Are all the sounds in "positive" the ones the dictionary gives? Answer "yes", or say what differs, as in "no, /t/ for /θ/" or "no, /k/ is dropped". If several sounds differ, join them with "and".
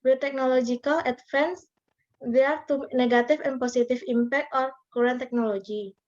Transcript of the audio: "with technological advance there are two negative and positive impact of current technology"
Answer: no, /s/ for /z/ and /f/ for /v/